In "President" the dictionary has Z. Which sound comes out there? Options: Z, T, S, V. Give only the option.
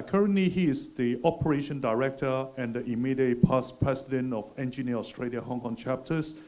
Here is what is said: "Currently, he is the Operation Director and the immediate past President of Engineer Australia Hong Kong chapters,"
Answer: S